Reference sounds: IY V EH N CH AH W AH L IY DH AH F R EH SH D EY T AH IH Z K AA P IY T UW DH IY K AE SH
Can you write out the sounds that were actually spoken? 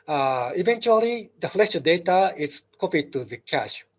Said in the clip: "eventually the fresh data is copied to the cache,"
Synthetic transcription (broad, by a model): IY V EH N CH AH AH L IY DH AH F L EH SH D EY T AH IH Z K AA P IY T UW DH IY K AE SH